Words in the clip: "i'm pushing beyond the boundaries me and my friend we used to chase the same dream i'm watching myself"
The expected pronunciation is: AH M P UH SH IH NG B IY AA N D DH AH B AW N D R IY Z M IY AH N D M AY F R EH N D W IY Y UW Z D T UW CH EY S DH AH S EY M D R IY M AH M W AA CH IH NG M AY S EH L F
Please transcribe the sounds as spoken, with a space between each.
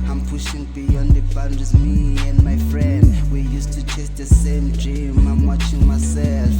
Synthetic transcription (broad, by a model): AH M P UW SH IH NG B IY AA N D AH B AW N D IY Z M IY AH N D M AY F R EH N D W IY Y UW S T UW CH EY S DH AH S EY M D R IY M AH M W AA CH IH NG M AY S EH L F